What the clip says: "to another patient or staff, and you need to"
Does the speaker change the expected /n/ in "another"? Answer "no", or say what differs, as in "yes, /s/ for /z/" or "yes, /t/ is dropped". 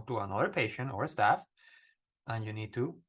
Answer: no